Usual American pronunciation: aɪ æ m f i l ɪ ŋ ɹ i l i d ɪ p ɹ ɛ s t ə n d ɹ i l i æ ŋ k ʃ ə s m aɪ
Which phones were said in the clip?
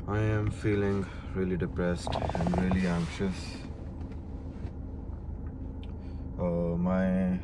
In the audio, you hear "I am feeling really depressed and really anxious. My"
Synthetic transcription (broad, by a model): aɪ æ m f i l ɪ ŋ ɹ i l i d ɪ p ɹ ɛ s t ə n d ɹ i l i æ ŋ k ʃ ə s m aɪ